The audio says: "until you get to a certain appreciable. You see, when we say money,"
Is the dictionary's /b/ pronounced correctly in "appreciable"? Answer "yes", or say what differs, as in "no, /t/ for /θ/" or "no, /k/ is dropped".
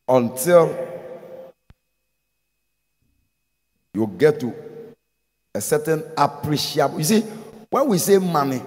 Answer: no, /b/ is dropped